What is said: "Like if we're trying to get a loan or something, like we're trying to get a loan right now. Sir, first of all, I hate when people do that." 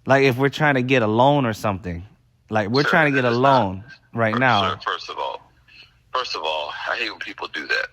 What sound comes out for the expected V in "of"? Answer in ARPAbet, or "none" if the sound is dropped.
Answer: V